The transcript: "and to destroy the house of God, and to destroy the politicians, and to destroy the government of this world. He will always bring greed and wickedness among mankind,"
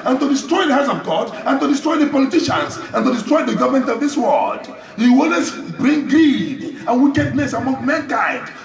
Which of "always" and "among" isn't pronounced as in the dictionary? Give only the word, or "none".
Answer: always